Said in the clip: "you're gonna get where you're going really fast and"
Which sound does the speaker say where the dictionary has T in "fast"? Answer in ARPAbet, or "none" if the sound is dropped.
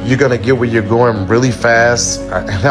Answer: T